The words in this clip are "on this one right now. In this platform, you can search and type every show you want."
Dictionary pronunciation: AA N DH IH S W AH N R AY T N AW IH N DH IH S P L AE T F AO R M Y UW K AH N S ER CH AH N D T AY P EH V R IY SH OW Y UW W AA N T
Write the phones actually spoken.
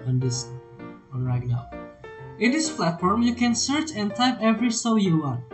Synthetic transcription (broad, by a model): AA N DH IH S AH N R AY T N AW IH N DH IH S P L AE T F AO R M Y UW K AH N S ER CH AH N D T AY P EH V R IY S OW Y UW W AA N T